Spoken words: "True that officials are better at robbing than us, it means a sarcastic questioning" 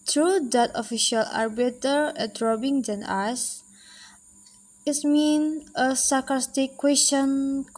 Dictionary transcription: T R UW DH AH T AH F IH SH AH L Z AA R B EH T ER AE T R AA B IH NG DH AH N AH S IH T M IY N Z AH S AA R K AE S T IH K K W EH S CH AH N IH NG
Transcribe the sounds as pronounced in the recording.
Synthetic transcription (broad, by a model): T R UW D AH T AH F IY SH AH L AA R B EH T ER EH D R AA B IH NG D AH N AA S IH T M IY N AH S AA K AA S T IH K K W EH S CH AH N